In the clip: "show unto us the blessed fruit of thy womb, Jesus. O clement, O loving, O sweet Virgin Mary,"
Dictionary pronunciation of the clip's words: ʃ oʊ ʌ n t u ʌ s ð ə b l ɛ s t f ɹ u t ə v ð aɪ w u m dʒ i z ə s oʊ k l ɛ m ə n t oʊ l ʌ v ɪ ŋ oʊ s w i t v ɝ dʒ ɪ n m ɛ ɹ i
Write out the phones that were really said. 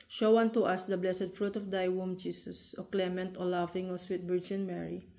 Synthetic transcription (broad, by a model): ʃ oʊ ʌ n t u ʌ s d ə b l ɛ s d f ɹ u t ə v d aɪ w u m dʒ i s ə s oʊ k l ɛ m ə n t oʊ l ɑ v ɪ ŋ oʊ s w i t b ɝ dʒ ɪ n m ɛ ɹ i